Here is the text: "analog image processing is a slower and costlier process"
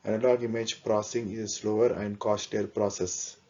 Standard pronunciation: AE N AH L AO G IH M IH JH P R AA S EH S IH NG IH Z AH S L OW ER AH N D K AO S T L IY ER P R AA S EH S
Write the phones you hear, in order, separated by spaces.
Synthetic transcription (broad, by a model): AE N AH L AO G IH M IH JH P R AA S S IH NG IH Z AH S L OW ER AH N D K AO S T IY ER P R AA S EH S